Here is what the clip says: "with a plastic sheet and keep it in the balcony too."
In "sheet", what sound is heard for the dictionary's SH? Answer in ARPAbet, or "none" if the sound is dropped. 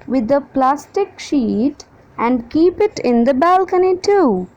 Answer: SH